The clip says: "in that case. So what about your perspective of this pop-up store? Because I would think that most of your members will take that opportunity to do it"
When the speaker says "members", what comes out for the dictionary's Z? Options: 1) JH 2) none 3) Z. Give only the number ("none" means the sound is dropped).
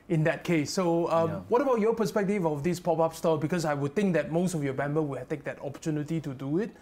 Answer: 2